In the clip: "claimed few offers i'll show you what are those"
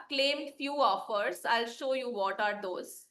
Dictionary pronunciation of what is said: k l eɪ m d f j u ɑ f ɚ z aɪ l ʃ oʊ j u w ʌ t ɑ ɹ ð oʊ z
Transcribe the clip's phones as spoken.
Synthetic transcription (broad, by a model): k l eɪ m d f j u ɑ f ɚ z aɪ l ʃ oʊ j u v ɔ t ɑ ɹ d oʊ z